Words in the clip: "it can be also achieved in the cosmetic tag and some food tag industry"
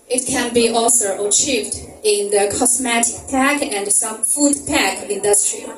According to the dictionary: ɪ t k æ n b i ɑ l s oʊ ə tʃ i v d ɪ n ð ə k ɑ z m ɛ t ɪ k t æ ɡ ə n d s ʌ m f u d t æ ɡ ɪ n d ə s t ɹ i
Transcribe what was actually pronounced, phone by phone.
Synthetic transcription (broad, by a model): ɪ t k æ n b i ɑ l s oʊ ə tʃ i v d ɪ n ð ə k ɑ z m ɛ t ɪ k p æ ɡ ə n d s ʌ m f u d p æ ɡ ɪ n d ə s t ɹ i